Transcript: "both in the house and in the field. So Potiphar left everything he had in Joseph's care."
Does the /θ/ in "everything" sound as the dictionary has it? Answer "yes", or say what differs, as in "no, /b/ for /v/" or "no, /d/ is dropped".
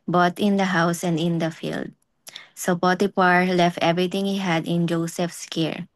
no, /t/ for /θ/